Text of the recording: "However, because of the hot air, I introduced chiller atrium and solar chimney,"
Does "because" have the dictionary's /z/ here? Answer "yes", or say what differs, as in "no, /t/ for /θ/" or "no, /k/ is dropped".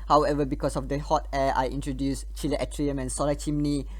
no, /s/ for /z/